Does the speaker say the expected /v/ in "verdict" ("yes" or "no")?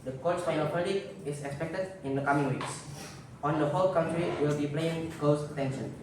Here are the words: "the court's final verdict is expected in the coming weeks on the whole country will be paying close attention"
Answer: no